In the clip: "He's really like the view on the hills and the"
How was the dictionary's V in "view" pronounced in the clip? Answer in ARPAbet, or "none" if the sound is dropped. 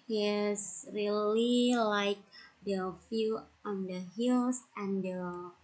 F